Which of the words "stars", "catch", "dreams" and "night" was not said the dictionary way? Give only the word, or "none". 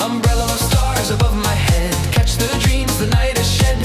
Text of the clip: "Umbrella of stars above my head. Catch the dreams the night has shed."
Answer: none